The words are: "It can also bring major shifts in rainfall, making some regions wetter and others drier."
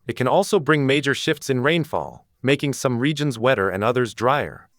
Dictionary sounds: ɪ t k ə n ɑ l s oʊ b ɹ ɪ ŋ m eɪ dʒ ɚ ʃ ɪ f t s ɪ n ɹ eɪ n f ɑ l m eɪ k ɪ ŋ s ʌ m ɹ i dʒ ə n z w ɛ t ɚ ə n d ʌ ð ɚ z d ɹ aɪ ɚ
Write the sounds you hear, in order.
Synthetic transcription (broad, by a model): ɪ t k ə n ɑ l s oʊ b ɹ ɪ ŋ m eɪ dʒ ɚ ʃ ɪ f t s ɪ n ɹ eɪ n f ɑ l m eɪ k ɪ ŋ s ʌ m ɹ i dʒ ə n z w ɛ t ɚ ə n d ʌ ð ɚ z d ɹ aɪ ɚ